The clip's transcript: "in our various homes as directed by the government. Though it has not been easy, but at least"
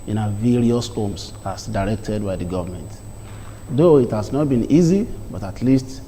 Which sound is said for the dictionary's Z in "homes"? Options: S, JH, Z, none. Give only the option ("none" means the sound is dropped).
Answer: S